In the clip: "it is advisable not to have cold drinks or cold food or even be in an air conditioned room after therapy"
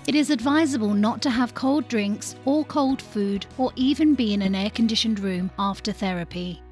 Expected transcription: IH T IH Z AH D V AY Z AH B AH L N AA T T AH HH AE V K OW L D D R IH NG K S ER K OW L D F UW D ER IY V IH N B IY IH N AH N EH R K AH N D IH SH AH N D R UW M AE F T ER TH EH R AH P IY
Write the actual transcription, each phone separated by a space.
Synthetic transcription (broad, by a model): IH T IH Z AH D V AY Z AH B AH L N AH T T AH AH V K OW L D D R IH NG K S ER K OW L D F UW D ER IY V IH N B IY IH N AH N EH K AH N D IH SH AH N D R UW M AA F T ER TH EH R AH P IY